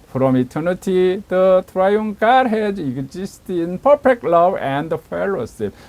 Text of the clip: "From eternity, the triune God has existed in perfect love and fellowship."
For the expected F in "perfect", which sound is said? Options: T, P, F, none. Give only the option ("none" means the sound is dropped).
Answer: P